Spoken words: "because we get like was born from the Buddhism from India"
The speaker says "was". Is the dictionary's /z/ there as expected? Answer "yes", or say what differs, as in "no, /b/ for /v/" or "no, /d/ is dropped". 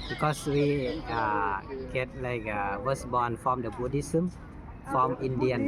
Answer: no, /s/ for /z/